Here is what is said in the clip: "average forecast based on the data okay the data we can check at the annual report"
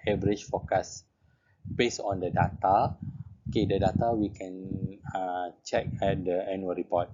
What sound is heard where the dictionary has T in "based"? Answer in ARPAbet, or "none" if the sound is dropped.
none